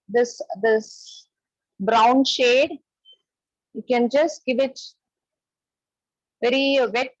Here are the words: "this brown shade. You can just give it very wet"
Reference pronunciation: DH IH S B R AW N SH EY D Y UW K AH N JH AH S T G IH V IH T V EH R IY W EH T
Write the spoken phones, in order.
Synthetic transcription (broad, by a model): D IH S B R AW N SH EY D Y UW K AH N JH AH S T G IH V IH T V EH R IY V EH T